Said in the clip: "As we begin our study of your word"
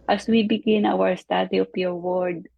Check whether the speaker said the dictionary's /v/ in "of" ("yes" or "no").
no